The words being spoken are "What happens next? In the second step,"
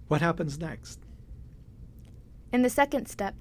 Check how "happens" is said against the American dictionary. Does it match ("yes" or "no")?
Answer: yes